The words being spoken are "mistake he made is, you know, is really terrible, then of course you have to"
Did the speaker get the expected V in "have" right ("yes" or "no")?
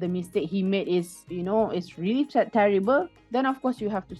no